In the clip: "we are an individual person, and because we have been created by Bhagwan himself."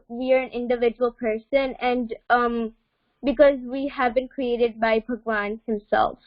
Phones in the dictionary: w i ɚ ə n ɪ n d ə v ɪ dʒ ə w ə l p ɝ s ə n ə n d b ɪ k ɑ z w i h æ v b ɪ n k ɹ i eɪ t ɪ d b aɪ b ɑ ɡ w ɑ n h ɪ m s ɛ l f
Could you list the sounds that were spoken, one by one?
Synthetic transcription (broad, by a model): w i ɚ ə n ɪ n d ə v ɪ dʒ ə w ə l p ɝ s ə n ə n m b ɪ k ɑ z w i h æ v b ɪ n k ɹ i eɪ t ɪ d b aɪ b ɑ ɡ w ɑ n h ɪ m s ɛ l f